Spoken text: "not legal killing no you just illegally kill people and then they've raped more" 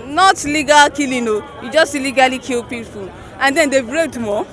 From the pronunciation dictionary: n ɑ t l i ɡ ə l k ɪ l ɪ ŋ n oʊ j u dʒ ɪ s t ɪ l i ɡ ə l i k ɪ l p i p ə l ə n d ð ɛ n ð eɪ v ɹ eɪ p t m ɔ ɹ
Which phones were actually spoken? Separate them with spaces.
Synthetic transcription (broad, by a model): n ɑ t l i ɡ ə l k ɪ l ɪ n oʊ j u dʒ ɪ s t ɪ l i ɡ ə l i k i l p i f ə n ə n d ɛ n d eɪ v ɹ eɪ t m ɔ